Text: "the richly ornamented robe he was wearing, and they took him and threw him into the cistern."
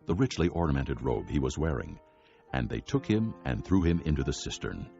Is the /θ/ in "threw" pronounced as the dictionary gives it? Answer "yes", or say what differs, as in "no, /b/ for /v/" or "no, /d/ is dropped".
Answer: yes